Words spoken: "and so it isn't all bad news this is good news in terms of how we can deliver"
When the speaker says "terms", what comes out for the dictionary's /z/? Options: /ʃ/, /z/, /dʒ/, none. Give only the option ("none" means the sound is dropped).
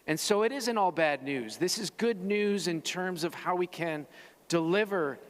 /z/